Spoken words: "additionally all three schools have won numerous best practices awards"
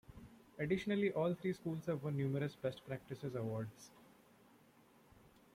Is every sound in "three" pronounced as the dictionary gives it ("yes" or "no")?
no